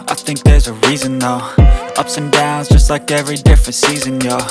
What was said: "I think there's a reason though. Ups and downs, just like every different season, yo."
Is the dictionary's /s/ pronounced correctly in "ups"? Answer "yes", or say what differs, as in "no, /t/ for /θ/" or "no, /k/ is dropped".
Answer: yes